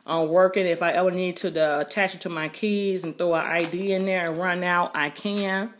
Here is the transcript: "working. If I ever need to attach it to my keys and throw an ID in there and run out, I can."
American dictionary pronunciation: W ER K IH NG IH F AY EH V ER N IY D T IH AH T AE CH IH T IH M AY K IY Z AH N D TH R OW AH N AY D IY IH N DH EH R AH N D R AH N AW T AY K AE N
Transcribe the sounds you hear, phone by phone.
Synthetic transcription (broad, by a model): W ER K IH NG IH F AY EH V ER N IY D T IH AH T AE CH IH T IH M AY K IY Z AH N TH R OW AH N AY D IY IH N DH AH R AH N R AH N AW T AY K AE N